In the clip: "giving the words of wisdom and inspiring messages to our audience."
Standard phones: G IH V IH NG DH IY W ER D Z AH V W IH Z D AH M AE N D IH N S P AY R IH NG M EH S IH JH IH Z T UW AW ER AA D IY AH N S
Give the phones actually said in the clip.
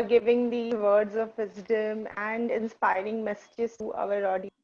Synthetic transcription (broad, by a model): G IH V IH NG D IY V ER D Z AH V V IH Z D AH M AE N D IH N S P AY R IH NG M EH S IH JH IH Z T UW AW ER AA D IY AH